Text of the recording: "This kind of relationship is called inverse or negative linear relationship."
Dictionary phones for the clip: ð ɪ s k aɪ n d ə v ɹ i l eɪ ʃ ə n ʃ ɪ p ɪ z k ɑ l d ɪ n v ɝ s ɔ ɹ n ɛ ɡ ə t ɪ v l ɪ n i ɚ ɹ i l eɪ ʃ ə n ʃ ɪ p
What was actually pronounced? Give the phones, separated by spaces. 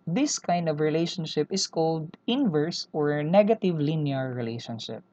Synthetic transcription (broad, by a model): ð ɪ s k aɪ n d ə v ɹ i l eɪ ʃ ə n ʃ ɪ p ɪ s k ɑ l d ɪ n v ɝ s ɔ ɹ n ɛ ɡ ə t ɪ v l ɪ n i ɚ ɹ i l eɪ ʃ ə n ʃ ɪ p